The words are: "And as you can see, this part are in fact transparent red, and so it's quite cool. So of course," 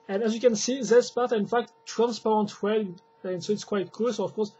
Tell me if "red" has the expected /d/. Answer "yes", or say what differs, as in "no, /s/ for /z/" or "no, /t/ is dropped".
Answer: no, /d/ is dropped